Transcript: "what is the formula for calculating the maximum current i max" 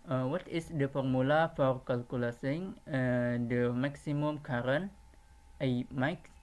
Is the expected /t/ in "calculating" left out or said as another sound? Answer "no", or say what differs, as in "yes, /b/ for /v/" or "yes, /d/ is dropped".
yes, /s/ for /t/